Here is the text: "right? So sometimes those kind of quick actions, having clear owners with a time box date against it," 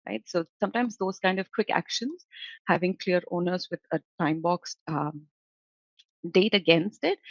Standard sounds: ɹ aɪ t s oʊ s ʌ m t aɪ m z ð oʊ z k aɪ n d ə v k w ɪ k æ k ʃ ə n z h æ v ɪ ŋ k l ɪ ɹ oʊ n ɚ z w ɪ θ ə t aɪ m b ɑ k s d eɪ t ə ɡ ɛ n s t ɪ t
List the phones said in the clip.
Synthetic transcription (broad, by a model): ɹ aɪ t s oʊ s ʌ m t aɪ m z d oʊ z k aɪ n d ə v k w ɪ k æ k ʃ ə n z h æ v ɪ ŋ k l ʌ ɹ oʊ n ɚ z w ɪ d ə t aɪ m b ɑ k s d eɪ t ə ɡ ɛ n s t ɪ t